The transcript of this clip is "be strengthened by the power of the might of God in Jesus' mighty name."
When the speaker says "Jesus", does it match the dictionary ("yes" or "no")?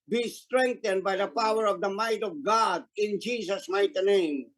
no